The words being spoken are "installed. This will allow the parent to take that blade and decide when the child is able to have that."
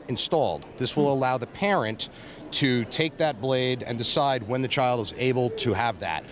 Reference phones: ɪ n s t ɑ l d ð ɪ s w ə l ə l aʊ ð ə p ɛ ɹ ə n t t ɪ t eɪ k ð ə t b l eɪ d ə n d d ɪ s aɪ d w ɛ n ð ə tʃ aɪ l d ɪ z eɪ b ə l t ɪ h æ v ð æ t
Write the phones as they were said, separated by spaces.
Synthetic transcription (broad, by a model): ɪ n s t ɑ l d ð ɪ s w ə l ə l aʊ ð ə p ɛ ɹ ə n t t ɪ t eɪ k ð ə t b l eɪ d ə n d d ɪ s aɪ d w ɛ n ð ə tʃ aɪ l d ɪ z eɪ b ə l t ɪ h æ v ð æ t